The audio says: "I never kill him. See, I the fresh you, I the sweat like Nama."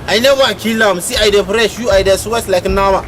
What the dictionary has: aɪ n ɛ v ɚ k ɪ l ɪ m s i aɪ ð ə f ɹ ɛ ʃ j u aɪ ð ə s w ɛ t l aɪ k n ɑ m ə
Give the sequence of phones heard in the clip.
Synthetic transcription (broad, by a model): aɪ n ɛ w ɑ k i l ɪ m s i aɪ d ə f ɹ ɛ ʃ j u aɪ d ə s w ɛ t l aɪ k n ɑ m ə